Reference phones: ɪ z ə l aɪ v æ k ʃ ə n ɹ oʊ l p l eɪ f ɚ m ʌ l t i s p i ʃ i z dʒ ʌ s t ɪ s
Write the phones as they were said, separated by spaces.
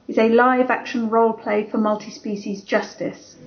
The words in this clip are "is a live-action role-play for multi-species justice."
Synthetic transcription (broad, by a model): ɪ z ə l aɪ v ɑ k ʃ ə n ɹ oʊ l p l eɪ f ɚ m ʌ l t i s p i ʃ i z dʒ ʌ s t ɪ s